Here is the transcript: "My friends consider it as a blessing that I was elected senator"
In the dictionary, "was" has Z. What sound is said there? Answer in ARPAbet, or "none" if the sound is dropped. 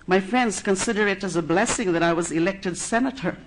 Z